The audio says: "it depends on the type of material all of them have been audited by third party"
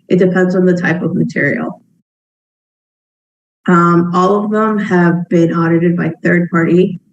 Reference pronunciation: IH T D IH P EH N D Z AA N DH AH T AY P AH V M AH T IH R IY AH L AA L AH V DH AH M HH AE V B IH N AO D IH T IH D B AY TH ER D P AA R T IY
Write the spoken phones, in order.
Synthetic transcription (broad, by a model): IH T D IH P EH N D Z N DH AH T AY P AH V M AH T IH R IY AH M AA L AH V DH AH M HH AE V B IH N AO D IH T IH D B AY TH ER D P AA R T IY